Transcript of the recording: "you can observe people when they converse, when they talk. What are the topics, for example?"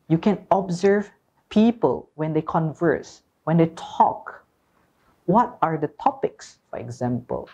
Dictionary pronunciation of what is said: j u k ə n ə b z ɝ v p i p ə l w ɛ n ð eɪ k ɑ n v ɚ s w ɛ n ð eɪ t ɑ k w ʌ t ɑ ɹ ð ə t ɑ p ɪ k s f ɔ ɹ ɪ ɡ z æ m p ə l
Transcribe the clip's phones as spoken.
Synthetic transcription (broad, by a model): j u k ə n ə b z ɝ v p i p ə l w ɛ n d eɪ k ɑ n v ɚ s w ɛ n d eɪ t ɑ k w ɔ t ɑ ɹ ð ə t ɑ p ɪ k s f ɔ ɹ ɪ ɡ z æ m p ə l